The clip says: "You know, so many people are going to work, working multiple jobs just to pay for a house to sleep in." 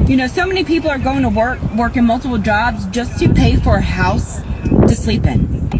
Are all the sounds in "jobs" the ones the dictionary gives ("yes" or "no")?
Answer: yes